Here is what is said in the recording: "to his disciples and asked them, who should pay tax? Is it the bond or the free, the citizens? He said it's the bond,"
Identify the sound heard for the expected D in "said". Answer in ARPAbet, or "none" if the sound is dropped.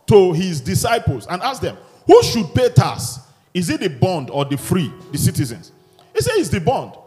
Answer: none